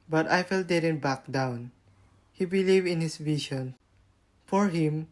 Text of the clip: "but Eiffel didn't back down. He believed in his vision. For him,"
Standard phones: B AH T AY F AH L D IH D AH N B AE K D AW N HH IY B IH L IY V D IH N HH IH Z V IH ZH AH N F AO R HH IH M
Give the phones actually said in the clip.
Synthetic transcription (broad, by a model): B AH T AY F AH L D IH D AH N B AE K D AW N HH IY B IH L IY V IH N HH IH S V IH SH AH N F AO R HH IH M